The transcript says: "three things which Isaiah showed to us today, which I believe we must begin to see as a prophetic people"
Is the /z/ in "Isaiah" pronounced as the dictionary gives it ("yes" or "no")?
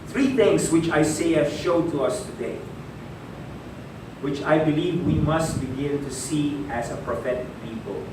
no